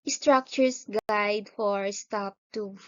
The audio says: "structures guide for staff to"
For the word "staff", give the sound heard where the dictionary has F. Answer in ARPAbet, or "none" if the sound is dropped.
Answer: P